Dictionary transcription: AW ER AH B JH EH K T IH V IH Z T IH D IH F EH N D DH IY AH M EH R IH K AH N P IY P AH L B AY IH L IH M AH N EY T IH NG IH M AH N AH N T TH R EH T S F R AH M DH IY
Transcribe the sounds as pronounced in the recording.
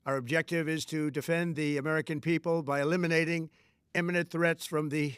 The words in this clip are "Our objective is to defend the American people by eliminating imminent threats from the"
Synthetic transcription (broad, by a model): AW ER AH B JH EH K T IH V IH Z T IH D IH F EH N DH IY AH M EH R IH K AH N P IY P AH L B AY IH L IH M AH N EY T IH NG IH M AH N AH N TH R EH T S F R AH M DH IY